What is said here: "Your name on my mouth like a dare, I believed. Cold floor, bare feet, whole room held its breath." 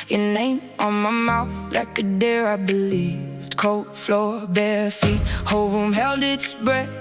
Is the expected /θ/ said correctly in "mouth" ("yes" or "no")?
yes